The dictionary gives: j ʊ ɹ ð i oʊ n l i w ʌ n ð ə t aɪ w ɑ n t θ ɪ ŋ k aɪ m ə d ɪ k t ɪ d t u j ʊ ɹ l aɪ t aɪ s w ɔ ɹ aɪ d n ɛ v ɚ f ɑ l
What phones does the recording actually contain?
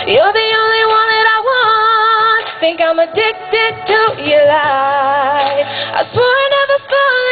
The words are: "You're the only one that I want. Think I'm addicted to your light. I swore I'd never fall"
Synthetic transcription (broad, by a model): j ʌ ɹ ð i oʊ n l i w ʌ n ð ə t aɪ w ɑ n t θ ɪ ŋ k aɪ m ə d ɪ k t ɪ d t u j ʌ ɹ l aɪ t aɪ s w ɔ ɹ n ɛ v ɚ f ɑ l